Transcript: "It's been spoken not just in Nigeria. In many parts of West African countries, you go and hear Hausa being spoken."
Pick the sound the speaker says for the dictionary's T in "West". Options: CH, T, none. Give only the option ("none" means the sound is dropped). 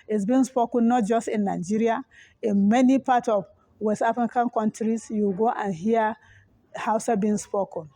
none